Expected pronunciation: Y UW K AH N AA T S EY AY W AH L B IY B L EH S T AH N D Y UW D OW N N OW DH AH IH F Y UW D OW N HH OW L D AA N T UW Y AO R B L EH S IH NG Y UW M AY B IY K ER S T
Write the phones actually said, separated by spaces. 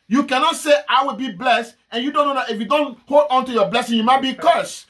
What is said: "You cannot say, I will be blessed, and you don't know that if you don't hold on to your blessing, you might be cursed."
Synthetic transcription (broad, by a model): Y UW K AH N AA T S EY AY W AH L B IY B L EH S T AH N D Y UW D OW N N OW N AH IH F Y UW D OW N HH OW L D AA N T UW Y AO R B L EH S IH NG Y UW M AY B IY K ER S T